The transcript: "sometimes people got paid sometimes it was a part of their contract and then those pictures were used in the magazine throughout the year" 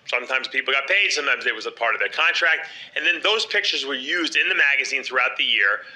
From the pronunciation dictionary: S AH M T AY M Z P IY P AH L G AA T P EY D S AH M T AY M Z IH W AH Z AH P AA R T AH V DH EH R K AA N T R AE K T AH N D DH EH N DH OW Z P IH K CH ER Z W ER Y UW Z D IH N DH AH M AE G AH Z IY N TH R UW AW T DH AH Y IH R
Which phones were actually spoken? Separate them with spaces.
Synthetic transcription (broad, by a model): S AH M T AY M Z P IY P L G AA T P EY D S AH M T AY M Z IH W AH Z AH P AA R T AH V DH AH R K AA N T R AE K T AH N DH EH N DH OW Z P IH K CH ER Z W ER Y UW Z D IH N DH AH M AE G AH Z IY N TH R UW AW T DH AH Y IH R